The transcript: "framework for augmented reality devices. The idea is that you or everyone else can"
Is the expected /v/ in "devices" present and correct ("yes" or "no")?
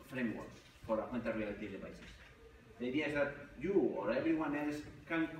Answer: no